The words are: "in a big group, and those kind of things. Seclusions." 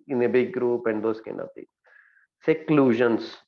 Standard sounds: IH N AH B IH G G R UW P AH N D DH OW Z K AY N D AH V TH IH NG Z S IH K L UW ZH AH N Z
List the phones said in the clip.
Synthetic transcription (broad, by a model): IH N AH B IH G G R UW P AH N D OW S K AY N AH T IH S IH K L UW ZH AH N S